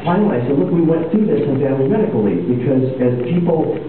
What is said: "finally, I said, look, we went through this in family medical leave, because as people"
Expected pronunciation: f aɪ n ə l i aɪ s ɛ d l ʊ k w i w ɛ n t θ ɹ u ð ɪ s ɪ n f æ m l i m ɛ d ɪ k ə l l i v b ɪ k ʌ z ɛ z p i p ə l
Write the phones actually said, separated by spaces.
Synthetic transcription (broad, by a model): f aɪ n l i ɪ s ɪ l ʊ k w i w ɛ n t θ u ð ɪ s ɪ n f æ l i m ɛ d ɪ k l l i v b ɪ k ʌ z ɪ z p i p l